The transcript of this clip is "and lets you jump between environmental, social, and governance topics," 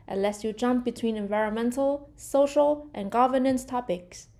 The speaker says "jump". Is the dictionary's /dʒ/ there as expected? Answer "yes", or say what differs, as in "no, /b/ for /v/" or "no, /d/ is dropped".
yes